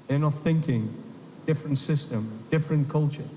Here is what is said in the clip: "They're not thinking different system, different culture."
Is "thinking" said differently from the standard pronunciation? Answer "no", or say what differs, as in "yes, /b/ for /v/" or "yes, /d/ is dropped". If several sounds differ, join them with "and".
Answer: no